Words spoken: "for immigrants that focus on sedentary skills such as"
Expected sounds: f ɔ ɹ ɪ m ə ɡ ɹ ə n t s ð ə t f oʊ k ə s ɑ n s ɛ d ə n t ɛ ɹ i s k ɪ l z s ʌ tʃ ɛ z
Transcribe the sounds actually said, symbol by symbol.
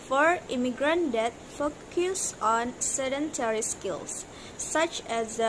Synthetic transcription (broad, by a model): f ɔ ɹ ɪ m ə ɡ ɹ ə n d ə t f oʊ k ə s ɑ n s ɛ d ə n t ɛ ɹ i s k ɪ l s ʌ tʃ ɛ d